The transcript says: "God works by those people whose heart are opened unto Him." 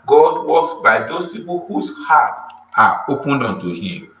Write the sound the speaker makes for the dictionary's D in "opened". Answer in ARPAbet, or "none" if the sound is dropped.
D